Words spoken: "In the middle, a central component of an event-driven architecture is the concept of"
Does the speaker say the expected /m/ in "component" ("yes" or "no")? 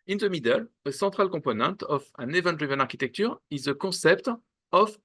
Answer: no